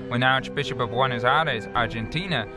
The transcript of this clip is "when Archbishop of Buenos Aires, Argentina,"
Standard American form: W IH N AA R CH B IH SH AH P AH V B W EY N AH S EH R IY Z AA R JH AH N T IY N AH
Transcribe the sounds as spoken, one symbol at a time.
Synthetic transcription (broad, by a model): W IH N AA R CH B IH SH AH P AH V W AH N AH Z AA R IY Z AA R JH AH N T IY N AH